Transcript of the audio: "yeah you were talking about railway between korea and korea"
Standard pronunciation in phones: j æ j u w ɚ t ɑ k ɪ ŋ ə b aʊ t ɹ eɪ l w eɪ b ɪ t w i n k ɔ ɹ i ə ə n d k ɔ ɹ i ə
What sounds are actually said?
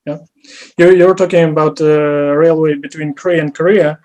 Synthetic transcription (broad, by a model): j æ j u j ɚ t ɑ k ɪ ŋ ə b aʊ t ɹ eɪ l w eɪ b ɪ t w i n k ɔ ɹ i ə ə n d k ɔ ɹ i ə